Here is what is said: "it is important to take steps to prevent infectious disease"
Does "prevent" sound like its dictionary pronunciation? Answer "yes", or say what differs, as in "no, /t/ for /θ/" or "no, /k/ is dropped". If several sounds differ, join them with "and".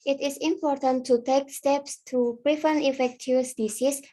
no, /t/ is dropped